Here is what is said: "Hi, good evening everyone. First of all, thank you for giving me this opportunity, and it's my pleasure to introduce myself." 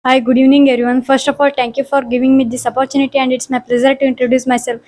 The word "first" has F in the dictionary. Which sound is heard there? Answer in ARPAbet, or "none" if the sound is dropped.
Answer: F